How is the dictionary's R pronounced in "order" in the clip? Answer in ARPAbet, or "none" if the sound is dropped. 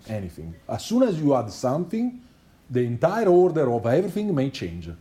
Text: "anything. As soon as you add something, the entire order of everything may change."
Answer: R